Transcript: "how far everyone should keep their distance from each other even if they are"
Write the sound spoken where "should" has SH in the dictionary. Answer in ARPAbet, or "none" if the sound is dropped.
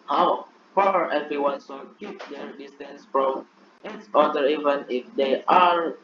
S